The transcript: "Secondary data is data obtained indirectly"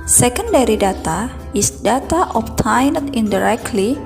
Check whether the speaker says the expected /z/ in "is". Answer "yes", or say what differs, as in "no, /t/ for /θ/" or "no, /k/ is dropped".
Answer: no, /s/ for /z/